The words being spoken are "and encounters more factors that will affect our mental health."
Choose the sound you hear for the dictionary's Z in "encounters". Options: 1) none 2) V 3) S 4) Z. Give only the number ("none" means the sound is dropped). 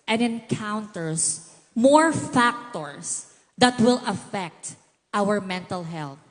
3